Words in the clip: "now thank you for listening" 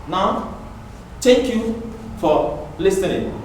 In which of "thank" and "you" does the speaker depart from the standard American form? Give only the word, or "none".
thank